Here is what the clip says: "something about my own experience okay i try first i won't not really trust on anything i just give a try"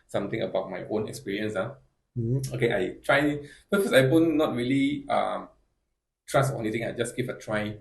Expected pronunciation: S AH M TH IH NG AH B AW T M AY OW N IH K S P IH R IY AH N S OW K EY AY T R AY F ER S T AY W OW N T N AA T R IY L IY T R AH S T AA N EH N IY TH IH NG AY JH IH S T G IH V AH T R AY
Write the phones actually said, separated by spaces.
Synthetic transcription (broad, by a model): S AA M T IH NG AH B AW T M AY OW N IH K S P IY R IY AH N S OW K EY AY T R AY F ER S AY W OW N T N AA T R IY L IY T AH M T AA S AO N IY T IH NG AY JH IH S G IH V AH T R AY